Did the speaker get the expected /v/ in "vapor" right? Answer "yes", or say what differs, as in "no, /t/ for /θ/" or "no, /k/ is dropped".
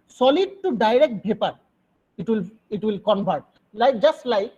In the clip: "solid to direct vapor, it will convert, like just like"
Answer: no, /b/ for /v/